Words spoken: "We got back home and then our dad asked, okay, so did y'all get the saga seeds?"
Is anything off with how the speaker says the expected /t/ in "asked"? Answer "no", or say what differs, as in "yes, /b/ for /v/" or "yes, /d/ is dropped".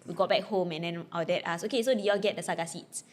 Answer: yes, /t/ is dropped